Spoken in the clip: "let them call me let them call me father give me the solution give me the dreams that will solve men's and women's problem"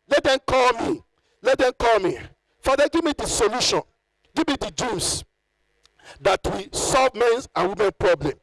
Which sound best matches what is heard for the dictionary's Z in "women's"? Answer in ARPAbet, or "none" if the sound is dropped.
none